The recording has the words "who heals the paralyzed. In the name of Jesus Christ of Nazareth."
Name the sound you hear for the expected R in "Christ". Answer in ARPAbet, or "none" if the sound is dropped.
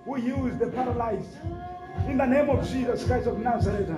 none